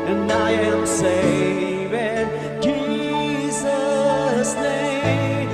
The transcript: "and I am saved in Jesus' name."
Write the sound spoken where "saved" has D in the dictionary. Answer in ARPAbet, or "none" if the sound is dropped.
none